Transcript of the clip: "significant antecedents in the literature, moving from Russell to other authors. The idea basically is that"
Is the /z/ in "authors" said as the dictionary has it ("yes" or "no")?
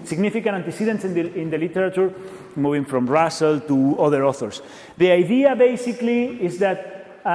no